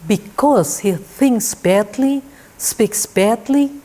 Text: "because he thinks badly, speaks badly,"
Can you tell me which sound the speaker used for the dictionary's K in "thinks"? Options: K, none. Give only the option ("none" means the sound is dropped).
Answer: K